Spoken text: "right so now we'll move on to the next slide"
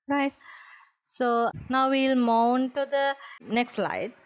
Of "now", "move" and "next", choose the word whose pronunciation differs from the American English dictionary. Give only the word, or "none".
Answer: move